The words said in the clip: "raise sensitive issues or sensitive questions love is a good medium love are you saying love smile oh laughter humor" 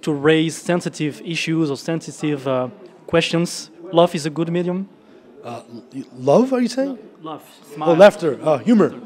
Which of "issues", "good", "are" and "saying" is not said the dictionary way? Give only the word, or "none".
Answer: none